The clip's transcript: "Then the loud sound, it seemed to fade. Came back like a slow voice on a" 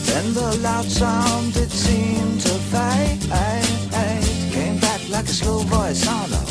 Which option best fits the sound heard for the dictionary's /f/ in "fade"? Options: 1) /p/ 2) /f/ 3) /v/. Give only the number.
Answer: 1